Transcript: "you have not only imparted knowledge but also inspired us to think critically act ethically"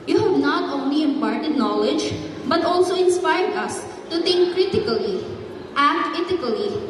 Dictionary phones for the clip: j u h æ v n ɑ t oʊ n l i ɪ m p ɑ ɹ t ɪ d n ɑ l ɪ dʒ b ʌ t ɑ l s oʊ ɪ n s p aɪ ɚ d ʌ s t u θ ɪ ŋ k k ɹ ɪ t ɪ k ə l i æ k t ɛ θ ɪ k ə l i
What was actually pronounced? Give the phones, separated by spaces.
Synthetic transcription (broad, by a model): j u h æ v n ɑ t oʊ n l i ɪ m p ɑ ɹ t ɪ d n ɑ l ɪ dʒ b ʌ t ɑ l s oʊ ɪ n s p aɪ ɚ d ʌ s t u t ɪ ŋ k k ɹ ɪ t ɪ k ə l i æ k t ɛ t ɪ k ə l i